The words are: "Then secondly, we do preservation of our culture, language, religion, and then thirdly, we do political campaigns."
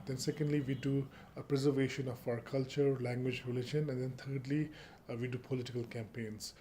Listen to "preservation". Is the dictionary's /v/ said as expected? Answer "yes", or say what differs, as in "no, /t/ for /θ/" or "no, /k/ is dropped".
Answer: yes